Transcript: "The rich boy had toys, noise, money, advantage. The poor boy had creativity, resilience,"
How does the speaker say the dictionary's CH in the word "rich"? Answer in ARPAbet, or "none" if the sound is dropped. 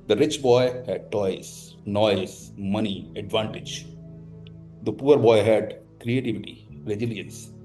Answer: CH